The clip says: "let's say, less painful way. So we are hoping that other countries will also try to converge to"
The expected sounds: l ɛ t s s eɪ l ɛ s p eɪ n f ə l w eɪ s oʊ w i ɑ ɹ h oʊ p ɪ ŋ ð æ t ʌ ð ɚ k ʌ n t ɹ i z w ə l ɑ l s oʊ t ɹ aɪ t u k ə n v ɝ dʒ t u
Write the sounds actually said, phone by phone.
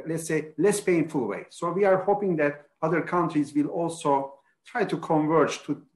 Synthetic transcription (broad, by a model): l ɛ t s s eɪ l ɛ s p eɪ n f ə l w eɪ s oʊ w i ɑ ɹ h oʊ p ɪ ŋ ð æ t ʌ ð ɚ k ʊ n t ɹ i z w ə l ɑ l s oʊ t ɹ aɪ t u k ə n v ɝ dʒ t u